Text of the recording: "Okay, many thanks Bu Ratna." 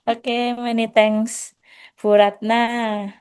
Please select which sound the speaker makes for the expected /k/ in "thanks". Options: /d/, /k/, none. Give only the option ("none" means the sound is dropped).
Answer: none